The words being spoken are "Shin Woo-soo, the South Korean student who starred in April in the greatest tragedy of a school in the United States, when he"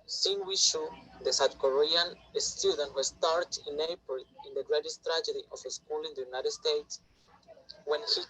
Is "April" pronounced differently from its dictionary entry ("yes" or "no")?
yes